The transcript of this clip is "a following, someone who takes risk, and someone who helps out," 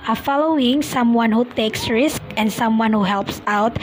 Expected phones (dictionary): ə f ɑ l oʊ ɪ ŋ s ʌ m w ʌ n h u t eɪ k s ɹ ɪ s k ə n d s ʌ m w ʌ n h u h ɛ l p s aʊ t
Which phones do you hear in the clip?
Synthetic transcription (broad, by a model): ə f ɑ l oʊ ɪ ŋ s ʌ m w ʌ n h u t eɪ k s ɹ ɪ s k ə n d s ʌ m w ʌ n h u h ɛ l p s aʊ t